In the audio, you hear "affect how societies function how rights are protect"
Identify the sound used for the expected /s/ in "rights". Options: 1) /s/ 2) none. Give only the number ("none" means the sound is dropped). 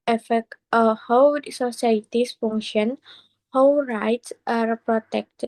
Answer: 1